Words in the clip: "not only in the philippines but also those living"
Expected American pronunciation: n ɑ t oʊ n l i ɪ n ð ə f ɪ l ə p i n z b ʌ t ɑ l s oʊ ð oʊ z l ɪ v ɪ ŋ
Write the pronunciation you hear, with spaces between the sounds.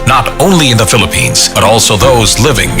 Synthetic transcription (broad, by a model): n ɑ t oʊ n l i ɪ n ð ə f ɪ l ə p i n z b ʌ t ɑ l s oʊ ð oʊ z l ɪ v ɪ ŋ